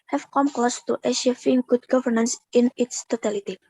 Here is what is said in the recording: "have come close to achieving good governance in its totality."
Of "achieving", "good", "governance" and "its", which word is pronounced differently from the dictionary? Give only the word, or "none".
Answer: achieving